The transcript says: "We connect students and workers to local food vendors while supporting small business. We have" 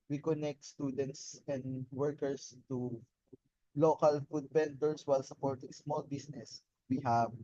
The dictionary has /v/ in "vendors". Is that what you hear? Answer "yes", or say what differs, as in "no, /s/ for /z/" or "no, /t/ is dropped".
no, /b/ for /v/